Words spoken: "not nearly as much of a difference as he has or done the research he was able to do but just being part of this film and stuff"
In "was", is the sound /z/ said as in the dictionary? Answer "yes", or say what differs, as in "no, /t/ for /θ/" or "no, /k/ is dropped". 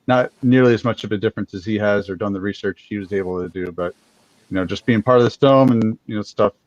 yes